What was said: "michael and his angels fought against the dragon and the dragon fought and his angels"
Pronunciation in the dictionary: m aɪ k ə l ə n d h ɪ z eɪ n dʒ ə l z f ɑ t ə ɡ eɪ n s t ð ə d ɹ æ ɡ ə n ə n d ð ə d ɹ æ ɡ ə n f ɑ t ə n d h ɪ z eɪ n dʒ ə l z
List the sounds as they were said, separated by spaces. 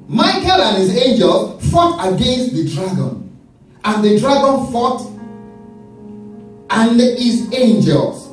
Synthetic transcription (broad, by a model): m aɪ k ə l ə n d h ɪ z eɪ n dʒ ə l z f ɑ t ə ɡ eɪ n s t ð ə d ɹ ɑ ɡ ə n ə n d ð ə d ɹ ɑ ɡ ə n f ɑ t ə n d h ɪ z eɪ n dʒ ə l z